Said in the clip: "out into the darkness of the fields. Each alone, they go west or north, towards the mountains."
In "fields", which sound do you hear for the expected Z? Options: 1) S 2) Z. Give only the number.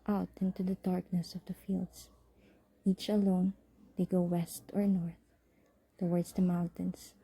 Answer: 1